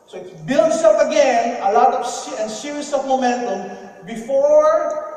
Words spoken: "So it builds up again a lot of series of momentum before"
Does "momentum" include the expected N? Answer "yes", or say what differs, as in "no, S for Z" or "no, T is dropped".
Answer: yes